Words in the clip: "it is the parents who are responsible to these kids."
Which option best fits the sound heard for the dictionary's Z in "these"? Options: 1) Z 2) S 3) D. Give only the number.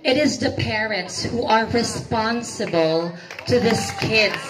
2